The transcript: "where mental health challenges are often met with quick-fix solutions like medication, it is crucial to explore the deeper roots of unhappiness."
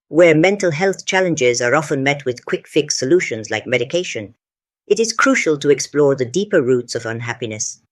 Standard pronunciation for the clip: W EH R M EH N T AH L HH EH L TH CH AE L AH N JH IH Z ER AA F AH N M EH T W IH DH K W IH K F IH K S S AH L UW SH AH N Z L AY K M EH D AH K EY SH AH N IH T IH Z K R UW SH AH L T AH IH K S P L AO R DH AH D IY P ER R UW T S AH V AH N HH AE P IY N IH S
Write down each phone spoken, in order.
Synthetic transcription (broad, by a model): W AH R M EH N T L HH EH L TH CH AE L AH N JH IH Z ER AA F AH N M EH T W IH DH K W IH K F IH K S S AH L UW SH AH N Z L AY K M EH D AH K EY SH AH N IH T IH Z K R UW SH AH L T AH IH K S P L AO R DH AH D IY P ER R UW T S AH V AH N HH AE P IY N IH S